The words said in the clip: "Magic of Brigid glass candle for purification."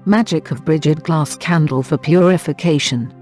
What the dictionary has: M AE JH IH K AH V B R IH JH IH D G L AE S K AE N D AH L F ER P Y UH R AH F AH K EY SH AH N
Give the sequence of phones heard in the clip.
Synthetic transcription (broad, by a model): M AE JH IH K AH V B R IH JH IH D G L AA S K AE N D AH L F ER P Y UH R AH F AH K EY SH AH N